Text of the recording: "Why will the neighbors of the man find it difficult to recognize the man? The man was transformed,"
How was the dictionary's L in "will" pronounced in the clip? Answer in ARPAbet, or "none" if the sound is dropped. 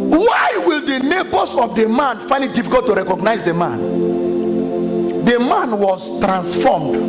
L